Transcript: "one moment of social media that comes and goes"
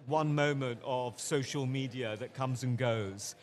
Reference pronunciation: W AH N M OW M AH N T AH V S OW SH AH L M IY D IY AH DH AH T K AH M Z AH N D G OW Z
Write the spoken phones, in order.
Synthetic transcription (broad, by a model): W AH N M OW M AH N T AH V S OW SH AH L M IY D IY AH DH AH T K AH M Z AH N G OW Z